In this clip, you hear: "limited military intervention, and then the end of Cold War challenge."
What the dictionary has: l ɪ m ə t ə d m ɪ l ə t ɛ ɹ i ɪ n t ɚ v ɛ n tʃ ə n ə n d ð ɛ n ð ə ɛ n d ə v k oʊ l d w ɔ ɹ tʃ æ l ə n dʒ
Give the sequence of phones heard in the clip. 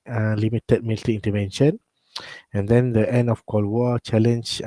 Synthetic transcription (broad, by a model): l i m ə t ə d m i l t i i n t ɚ v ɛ n ʃ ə n ə n d ɛ n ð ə ɛ n d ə f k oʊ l w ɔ tʃ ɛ l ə n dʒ